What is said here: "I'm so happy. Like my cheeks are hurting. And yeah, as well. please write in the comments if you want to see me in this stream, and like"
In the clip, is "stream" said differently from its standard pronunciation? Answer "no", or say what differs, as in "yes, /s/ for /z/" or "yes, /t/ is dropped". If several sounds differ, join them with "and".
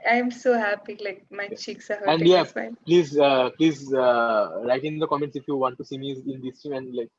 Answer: yes, /ɹ/ is dropped